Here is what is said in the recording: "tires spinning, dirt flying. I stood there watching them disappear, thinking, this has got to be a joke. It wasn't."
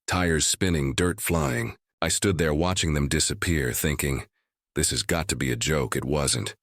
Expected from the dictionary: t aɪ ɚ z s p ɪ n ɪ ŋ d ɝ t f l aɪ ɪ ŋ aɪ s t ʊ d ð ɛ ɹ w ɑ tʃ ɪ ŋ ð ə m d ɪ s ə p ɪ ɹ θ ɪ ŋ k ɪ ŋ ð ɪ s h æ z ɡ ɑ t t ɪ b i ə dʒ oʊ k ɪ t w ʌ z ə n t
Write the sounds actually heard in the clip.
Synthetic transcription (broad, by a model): t aɪ ɚ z s p ɪ n ɪ ŋ d ɝ t f l aɪ ɪ ŋ aɪ s t ʊ d ð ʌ ɹ w ɑ tʃ ɪ ŋ ð ə m d ɪ s ə p ɪ ɹ θ ɪ ŋ k ɪ ŋ ð ɪ s h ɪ z ɡ ɑ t t ɪ b i ə dʒ oʊ k ɪ t w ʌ z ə n t